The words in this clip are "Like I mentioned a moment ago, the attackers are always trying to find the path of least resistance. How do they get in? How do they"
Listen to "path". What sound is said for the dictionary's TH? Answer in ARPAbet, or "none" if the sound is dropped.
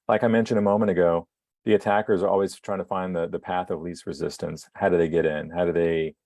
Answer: TH